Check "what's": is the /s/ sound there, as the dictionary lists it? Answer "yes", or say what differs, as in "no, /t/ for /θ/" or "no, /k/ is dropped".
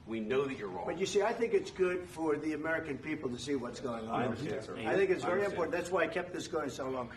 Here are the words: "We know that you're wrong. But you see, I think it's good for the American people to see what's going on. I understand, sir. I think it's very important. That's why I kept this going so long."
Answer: yes